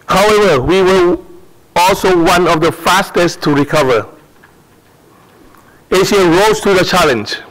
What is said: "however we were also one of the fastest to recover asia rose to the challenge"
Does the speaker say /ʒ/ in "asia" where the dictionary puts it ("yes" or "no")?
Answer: no